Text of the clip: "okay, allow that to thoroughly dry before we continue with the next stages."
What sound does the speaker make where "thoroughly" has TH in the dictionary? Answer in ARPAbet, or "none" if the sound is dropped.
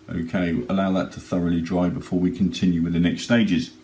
TH